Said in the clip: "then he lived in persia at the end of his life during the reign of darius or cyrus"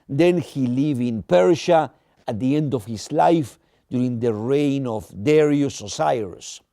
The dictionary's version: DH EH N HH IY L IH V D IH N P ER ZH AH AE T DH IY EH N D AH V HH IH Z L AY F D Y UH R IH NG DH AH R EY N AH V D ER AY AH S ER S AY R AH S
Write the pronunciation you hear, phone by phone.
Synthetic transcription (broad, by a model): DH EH N HH IY L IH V IH N P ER SH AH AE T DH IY EH N D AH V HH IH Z L AY F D Y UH R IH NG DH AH R EY N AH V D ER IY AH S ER S AY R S